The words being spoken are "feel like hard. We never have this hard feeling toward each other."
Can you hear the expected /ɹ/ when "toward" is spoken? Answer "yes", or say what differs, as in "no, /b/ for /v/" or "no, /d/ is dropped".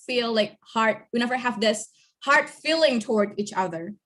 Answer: yes